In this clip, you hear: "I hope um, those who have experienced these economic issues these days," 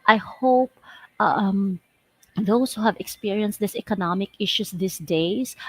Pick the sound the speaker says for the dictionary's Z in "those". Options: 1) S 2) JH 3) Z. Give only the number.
1